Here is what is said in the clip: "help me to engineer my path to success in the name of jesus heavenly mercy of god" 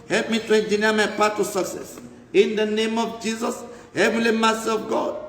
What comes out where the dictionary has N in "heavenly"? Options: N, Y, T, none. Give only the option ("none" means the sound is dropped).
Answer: none